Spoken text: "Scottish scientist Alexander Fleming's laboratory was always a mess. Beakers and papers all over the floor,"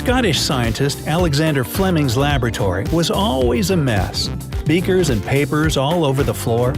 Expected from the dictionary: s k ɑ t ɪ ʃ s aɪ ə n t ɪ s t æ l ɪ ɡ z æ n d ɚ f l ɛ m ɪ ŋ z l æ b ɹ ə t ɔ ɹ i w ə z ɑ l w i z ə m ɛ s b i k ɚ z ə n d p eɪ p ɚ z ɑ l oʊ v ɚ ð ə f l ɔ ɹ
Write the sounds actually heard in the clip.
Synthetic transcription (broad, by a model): k ɑ t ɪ ʃ s aɪ ə n t ɪ s t æ l ɪ ɡ z æ n d ɚ f l ɛ m ɪ ŋ z l æ b ɹ ə t ɔ ɹ i w ə z ɑ l w i z ə m ɛ s b i k ɚ z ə n p eɪ p ɚ z ɑ l oʊ v ɚ ð ə f l ɔ ɹ